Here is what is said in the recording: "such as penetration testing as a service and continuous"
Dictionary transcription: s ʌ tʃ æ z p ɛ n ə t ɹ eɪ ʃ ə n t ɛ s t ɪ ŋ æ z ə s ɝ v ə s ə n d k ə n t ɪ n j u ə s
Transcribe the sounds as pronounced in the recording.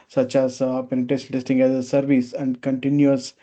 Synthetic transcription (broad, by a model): s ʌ tʃ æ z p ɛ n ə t eɪ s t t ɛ s t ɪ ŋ æ z ə s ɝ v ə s ə n d k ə n t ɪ n j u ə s